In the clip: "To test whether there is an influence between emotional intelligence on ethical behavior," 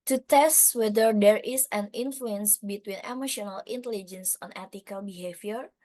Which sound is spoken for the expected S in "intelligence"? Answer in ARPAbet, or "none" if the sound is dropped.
S